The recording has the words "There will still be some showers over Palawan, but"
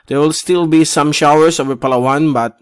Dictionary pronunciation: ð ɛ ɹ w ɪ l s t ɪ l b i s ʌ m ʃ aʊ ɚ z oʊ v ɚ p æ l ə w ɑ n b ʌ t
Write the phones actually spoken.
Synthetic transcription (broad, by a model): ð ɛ ɹ w ɪ l s t ɪ l b i s ʌ m ʃ aʊ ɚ s oʊ v ɚ p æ l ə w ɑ n b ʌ t